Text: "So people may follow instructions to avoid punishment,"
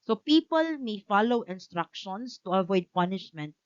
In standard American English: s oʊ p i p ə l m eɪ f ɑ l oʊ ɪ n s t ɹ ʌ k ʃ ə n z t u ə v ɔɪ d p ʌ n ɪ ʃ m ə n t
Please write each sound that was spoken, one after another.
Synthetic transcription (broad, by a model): s oʊ p i p ə l m eɪ f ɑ l oʊ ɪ n s t ɹ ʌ k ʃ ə n s t u ə v ɔɪ d p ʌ n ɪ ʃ m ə n t